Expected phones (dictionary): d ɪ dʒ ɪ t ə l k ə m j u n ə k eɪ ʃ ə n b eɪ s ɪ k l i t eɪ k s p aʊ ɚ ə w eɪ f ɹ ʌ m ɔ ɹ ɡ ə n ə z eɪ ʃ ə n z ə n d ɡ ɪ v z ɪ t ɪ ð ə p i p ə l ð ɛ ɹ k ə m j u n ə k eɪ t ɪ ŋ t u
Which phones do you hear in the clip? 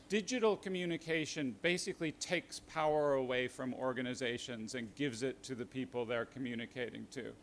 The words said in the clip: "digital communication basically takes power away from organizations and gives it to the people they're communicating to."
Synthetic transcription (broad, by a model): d ɪ dʒ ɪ t l k ə m j u n ə k eɪ ʃ ə n b eɪ s ɪ k l i t eɪ k s p aʊ ɚ ə w eɪ f ɹ ʌ m ɔ ɹ ɡ ə n ə z eɪ ʃ ə n z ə n ɡ ɪ v z ɪ t ɪ ð ə p i p l ð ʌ ɹ k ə m j u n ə k eɪ t ɪ ŋ t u